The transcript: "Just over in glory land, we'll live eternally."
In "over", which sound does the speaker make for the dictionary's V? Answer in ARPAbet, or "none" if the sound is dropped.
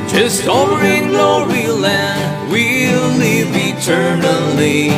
none